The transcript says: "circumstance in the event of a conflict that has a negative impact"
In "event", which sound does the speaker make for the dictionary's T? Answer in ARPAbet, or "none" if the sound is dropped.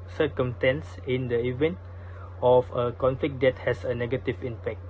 T